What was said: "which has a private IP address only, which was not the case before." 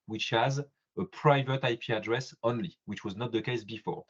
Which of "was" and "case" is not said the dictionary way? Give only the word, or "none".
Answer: none